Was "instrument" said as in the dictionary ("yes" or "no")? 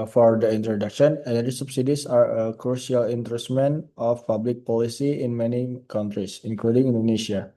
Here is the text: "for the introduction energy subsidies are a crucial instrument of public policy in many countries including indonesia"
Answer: no